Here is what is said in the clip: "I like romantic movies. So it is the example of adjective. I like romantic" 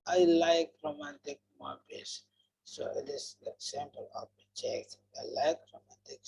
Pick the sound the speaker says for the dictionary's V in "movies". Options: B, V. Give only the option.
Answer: B